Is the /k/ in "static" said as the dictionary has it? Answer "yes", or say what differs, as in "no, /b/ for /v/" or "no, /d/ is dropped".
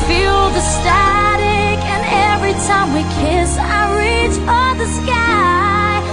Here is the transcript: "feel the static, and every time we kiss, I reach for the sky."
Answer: yes